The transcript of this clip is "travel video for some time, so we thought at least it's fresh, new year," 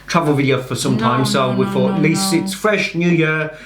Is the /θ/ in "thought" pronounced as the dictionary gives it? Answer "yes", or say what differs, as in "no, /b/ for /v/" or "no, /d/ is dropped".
no, /f/ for /θ/